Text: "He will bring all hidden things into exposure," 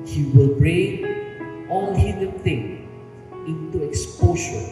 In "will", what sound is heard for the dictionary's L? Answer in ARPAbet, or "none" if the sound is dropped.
L